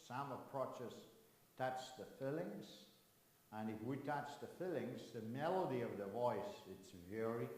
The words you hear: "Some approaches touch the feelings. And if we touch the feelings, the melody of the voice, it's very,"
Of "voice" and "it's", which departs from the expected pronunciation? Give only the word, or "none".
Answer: none